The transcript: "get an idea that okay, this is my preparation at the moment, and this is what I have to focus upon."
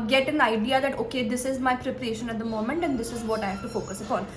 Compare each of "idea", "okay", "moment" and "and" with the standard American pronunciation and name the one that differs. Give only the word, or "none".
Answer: none